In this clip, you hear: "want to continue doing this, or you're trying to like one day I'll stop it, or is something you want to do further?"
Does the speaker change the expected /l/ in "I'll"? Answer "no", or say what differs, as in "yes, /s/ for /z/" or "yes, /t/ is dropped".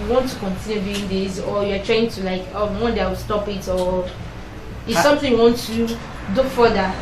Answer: yes, /w/ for /l/